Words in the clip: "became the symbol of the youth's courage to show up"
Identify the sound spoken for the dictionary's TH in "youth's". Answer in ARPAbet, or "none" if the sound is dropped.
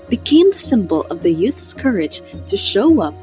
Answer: TH